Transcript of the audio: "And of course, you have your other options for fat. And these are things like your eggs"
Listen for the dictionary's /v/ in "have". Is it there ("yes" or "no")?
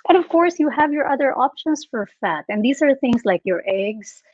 yes